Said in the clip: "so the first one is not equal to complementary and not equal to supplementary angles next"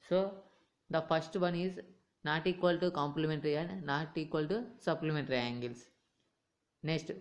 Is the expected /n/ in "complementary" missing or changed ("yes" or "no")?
no